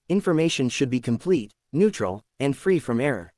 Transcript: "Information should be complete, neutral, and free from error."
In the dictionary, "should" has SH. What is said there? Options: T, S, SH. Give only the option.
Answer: SH